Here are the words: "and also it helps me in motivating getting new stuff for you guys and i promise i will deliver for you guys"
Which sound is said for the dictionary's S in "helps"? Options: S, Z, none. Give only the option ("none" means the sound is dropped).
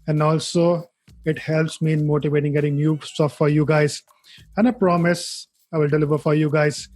S